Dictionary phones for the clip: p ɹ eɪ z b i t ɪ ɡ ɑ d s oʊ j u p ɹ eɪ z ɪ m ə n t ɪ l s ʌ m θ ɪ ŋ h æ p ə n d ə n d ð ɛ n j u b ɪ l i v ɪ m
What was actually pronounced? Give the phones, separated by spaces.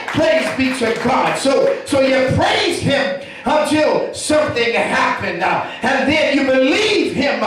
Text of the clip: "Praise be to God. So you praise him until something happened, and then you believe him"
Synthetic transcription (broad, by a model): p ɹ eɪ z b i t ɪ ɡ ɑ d s oʊ j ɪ p ɹ eɪ z ɪ m ə n t ɪ l s ʌ m θ ɪ ŋ h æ p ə n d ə n ð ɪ n j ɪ b ɪ l i v ɪ m